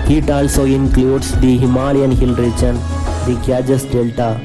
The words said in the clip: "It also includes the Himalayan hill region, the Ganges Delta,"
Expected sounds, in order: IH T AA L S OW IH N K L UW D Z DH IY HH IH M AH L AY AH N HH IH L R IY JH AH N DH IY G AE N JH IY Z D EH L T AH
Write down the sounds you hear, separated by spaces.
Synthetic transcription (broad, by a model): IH T AA L S OW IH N K L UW D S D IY HH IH M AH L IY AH N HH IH L R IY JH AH N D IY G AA JH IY S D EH L T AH